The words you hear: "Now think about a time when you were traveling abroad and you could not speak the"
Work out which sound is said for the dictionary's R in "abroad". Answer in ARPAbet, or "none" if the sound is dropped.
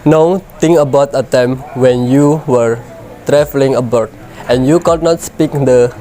none